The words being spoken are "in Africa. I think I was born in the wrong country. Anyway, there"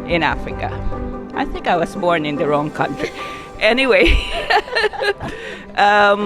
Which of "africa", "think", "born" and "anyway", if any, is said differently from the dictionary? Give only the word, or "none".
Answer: none